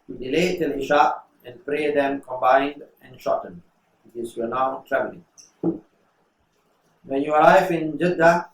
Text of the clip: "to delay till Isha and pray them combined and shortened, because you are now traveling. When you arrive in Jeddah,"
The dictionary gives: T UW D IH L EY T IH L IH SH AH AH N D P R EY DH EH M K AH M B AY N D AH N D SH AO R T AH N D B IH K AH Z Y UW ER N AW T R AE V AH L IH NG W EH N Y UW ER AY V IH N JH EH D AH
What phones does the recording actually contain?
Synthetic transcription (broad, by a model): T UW D IH L EY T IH L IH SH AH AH N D P R EY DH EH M K AH M B AY N D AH N SH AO T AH N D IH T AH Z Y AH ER N AW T R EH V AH L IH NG W EH N Y UW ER AY F IH N JH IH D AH